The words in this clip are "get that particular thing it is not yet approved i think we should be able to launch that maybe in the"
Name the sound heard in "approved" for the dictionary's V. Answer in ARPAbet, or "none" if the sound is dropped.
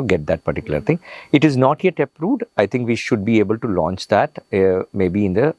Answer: none